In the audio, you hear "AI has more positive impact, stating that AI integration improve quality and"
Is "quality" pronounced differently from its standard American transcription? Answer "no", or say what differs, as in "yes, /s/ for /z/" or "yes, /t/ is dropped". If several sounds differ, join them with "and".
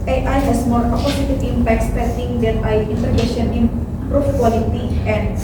no